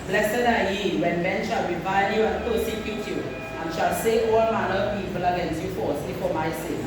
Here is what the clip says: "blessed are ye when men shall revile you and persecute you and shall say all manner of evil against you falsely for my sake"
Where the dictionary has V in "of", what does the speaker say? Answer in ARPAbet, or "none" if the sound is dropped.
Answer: P